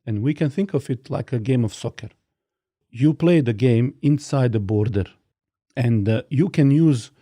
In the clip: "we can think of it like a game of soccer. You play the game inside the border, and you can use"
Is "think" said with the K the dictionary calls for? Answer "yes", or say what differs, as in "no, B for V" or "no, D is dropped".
yes